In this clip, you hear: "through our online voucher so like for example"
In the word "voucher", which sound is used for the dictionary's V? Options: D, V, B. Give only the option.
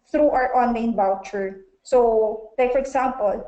B